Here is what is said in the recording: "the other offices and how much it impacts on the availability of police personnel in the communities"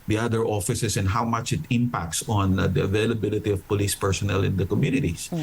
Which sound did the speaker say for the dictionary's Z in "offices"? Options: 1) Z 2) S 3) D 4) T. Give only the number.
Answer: 2